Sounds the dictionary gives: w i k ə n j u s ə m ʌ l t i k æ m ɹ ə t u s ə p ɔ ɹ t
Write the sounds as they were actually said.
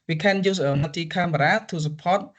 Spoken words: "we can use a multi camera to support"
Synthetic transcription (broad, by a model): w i k ə n j u s ə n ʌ t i k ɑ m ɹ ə t u s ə p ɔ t